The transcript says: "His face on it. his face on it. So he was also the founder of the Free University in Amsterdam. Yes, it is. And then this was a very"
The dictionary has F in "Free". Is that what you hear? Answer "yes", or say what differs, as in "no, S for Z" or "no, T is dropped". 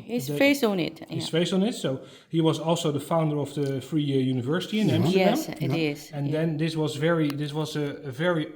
yes